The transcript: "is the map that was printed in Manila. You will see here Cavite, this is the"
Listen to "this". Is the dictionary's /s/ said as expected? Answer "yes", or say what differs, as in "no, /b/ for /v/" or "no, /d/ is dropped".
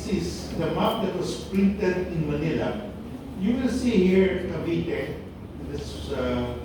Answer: no, /s/ is dropped